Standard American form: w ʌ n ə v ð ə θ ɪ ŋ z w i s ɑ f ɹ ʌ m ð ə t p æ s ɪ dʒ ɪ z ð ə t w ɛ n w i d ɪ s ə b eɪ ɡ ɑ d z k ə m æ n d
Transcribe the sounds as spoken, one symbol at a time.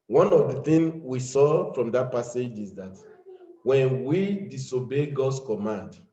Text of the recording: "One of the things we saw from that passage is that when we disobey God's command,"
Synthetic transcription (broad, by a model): w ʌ n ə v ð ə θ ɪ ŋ w i s ɑ f ɹ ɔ m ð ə t p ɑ s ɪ dʒ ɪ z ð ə t w ɛ n w i d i s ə b eɪ ɡ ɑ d s k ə m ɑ n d